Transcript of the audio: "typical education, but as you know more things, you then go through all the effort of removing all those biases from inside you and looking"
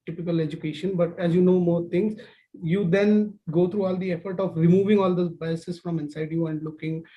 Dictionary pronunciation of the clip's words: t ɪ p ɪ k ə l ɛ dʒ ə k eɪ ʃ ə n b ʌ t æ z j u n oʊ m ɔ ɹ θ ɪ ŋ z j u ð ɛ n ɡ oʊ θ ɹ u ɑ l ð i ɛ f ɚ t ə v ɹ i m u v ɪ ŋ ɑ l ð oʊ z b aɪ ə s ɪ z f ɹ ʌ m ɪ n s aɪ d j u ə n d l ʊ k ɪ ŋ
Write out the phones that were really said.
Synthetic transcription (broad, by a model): t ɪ p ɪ k ə l ɛ dʒ ə k eɪ ʃ ə n b ʌ t æ z j u n oʊ m ɔ ɹ t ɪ ŋ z j u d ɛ n ɡ oʊ t ɹ u ɑ l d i ɛ f ɚ t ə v ɹ i m u v ɪ ŋ ɑ l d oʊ b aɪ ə s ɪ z f ɹ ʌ m ɪ n s aɪ d j u ə n d l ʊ k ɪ ŋ